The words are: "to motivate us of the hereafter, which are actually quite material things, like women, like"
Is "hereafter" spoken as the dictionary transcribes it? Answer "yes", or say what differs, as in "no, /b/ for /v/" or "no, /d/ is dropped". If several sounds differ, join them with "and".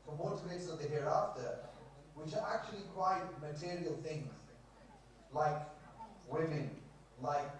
yes